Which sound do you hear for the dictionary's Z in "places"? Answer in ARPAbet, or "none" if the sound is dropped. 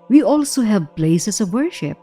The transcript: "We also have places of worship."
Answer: S